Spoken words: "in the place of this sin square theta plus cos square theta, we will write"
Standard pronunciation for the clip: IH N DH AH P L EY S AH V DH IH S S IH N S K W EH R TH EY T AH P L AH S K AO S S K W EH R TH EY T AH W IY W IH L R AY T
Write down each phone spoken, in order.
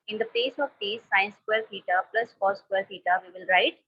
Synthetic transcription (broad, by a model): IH N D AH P EY S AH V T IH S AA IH N S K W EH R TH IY T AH P L AH S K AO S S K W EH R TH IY T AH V IY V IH L R AY T